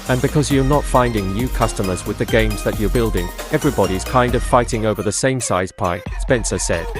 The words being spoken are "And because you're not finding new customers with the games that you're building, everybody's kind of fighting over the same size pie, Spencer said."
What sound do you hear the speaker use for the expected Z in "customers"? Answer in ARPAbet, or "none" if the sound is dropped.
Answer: Z